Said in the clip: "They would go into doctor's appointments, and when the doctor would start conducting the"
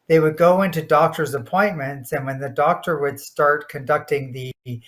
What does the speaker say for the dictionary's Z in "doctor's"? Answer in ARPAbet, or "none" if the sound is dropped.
Z